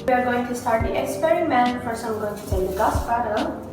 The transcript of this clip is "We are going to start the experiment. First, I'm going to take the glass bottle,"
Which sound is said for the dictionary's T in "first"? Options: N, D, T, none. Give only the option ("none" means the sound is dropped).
none